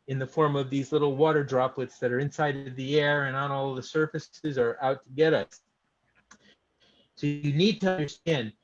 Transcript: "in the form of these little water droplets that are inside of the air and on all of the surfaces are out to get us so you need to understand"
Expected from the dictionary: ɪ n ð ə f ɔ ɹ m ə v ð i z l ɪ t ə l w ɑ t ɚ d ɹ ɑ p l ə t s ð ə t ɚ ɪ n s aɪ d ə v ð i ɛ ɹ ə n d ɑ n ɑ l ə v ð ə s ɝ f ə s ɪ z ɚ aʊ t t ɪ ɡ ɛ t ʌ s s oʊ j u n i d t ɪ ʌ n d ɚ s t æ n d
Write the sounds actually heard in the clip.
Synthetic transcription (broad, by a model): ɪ n ð ə f ɔ ɹ m ə v ð i z l ɪ t l w ɑ t ɚ d ɹ ɑ p l ə t s ð ə t ɚ ɪ n s aɪ d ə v ð i ɛ ɹ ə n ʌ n ɑ l ð ə s ɝ f ə s ɪ z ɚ aʊ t t ɪ ɡ ɛ t ʌ s s oʊ j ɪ n i d t ɪ ʌ n d ɚ s t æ n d